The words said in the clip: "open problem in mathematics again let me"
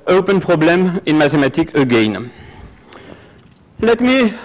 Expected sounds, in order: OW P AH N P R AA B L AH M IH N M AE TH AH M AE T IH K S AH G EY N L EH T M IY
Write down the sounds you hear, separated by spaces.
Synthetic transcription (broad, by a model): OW P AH N P R AA B L AH M IH N M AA T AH M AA T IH K AH G EY N L EH T M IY